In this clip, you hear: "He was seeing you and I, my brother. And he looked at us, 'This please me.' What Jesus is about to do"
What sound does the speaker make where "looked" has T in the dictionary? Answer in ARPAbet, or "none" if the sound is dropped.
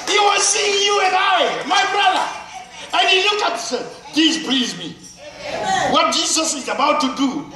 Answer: none